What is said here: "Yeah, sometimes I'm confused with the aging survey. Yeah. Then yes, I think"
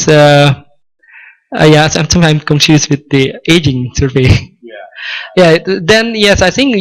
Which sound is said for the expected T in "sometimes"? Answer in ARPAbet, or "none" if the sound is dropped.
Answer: S